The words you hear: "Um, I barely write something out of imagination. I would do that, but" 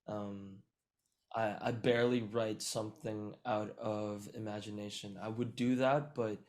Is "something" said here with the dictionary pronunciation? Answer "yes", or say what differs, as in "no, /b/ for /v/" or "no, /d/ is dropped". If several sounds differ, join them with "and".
yes